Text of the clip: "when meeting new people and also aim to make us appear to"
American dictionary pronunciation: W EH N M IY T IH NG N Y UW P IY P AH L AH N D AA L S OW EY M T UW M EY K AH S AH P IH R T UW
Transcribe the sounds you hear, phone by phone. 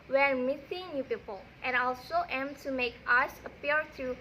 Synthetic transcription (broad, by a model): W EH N M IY S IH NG N Y UW P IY P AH L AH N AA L S OW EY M T UW M EY K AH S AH P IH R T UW